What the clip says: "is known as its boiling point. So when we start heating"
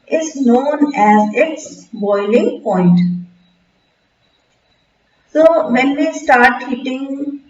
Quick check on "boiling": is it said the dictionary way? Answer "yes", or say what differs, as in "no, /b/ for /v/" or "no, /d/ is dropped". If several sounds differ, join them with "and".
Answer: yes